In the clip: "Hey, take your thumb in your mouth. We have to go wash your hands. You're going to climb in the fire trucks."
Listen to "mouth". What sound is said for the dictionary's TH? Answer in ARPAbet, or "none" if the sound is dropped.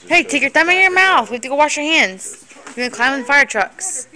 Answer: TH